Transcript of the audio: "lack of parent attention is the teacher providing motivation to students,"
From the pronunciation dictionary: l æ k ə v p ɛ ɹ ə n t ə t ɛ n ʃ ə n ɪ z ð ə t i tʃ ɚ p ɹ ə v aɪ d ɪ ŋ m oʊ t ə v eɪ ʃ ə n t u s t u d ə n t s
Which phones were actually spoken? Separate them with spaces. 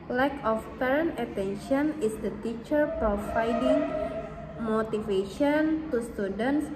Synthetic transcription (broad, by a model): l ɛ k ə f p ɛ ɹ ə n ə t ɛ n ʃ ə n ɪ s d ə t i tʃ ɚ p ɹ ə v aɪ d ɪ ŋ m oʊ t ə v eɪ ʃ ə n t u s t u d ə n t s